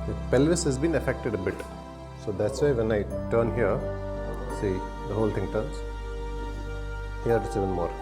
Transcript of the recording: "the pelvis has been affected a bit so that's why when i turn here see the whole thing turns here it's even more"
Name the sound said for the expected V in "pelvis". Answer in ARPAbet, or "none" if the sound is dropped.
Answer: V